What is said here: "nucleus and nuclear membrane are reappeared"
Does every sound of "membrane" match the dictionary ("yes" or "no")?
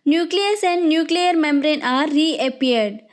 yes